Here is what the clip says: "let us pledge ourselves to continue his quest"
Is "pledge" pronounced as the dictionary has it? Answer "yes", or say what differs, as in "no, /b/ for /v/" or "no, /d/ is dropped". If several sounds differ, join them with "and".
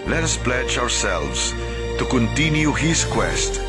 yes